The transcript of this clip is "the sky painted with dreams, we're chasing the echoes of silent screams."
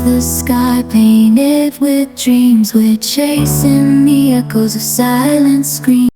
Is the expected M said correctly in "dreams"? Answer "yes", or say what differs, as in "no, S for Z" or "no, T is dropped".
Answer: yes